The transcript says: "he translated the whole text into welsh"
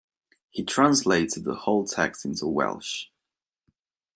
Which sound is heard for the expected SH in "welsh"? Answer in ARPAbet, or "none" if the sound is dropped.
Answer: SH